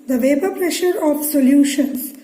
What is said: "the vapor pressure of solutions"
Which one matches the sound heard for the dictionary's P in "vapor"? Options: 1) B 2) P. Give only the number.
1